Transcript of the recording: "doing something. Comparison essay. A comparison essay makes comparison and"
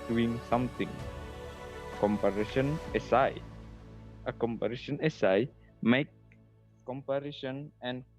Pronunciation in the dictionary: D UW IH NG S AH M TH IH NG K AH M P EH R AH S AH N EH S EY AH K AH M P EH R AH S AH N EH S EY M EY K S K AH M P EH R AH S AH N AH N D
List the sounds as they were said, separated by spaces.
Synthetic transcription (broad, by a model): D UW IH NG S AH M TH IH NG K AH M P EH R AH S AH N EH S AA AH K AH M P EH R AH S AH N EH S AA M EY K K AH M P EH R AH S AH N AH N